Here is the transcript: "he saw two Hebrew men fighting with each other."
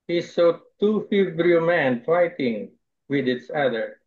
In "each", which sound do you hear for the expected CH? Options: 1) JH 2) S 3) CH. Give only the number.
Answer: 2